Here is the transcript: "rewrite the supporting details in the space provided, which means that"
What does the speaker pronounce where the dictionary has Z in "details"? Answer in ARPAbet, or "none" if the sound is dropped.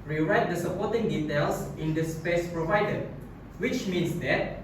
S